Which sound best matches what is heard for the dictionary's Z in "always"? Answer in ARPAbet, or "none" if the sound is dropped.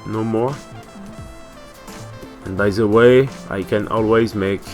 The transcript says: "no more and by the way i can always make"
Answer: Z